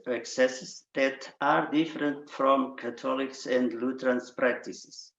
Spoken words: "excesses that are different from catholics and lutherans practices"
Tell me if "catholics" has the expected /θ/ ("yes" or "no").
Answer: no